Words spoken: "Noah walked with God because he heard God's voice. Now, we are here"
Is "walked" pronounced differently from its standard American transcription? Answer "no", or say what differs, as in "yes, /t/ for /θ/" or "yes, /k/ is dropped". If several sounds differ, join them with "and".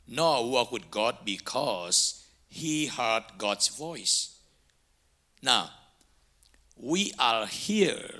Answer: yes, /k/ is dropped